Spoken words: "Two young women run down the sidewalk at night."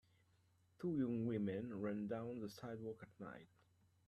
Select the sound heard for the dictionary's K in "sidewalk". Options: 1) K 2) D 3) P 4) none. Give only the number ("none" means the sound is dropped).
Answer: 1